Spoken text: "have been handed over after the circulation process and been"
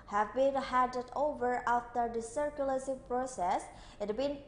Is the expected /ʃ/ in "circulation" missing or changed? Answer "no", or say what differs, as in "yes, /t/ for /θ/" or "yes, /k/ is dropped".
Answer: yes, /s/ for /ʃ/